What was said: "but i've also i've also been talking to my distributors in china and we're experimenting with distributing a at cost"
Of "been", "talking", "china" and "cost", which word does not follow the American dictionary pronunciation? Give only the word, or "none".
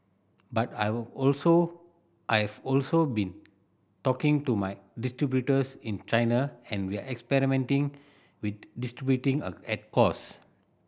cost